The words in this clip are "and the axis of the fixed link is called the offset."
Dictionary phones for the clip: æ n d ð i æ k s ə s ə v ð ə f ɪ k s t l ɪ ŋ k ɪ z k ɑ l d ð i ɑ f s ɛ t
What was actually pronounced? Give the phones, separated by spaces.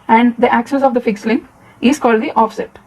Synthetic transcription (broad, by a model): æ n d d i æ k ʃ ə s ə v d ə f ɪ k s l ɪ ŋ ɪ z k ɑ l d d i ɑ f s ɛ t